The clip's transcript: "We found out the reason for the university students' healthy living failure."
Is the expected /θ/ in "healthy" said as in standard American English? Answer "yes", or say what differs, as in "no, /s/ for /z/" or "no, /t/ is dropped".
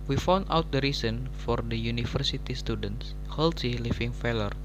no, /s/ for /θ/